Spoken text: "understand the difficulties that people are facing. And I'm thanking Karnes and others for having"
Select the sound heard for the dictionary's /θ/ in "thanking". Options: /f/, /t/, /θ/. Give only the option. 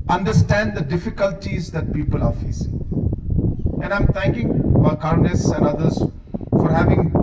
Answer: /t/